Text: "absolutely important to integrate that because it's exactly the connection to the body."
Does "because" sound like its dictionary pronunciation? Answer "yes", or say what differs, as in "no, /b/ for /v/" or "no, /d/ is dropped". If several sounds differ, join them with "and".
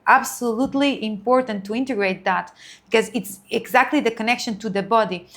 yes